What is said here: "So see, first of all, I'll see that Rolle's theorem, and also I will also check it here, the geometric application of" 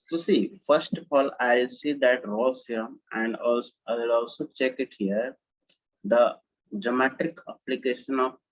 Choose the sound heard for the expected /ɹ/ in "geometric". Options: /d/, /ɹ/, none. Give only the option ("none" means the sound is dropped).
none